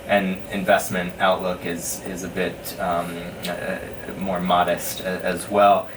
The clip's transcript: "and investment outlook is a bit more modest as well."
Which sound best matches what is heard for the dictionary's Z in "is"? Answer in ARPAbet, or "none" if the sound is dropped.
Z